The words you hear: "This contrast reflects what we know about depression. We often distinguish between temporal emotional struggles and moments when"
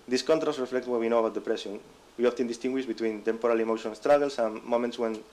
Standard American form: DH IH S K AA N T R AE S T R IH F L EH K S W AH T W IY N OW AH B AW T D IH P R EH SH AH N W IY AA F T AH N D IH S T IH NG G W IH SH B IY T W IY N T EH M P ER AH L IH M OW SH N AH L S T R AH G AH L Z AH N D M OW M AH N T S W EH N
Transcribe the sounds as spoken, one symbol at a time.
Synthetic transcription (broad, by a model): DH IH S K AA N T R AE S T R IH F L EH K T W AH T W IY N OW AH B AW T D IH P R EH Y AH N W IY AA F T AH N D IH S T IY NG G W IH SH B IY T W IY N T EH M P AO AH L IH M OW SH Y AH N S T R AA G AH L S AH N M OW M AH N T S W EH N